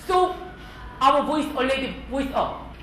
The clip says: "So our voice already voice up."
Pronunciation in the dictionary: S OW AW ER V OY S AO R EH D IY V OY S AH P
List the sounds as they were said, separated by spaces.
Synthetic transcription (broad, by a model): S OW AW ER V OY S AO L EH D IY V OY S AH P